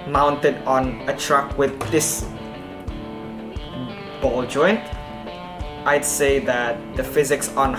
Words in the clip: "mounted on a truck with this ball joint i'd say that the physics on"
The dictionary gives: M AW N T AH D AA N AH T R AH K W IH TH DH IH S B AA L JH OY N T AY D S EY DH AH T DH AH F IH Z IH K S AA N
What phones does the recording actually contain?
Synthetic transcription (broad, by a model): M AW N T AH D AA N AH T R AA K W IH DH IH S B AA L JH OY N T AY D S EY DH AH T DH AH F IH Z IH K S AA N